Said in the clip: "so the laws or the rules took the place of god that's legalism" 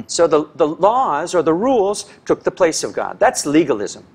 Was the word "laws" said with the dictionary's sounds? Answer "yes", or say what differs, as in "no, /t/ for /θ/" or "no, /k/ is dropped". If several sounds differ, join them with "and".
yes